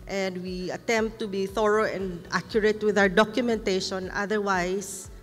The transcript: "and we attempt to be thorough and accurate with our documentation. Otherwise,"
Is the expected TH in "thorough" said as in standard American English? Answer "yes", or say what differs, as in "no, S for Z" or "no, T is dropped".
yes